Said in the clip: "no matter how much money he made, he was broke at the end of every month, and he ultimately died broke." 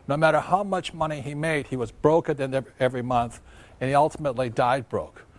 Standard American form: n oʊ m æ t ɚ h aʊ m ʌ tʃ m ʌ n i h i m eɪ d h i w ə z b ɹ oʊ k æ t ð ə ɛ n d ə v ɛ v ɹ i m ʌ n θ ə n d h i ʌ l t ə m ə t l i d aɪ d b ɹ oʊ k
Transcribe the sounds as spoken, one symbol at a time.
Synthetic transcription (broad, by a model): n oʊ m æ t ɚ h aʊ m ʌ tʃ m ʌ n i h i m eɪ d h i w ə z b ɹ oʊ k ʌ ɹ ð ə n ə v ɛ v ɹ i m ʌ n θ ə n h i ʌ l t ə m ə t l i d aɪ d b ɹ oʊ k